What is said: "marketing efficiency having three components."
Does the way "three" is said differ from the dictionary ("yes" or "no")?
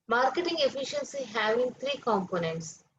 yes